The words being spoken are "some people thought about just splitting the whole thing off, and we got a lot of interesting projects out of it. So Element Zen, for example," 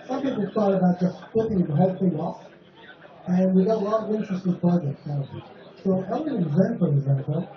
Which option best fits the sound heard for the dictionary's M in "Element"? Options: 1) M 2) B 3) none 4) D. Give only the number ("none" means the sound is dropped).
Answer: 3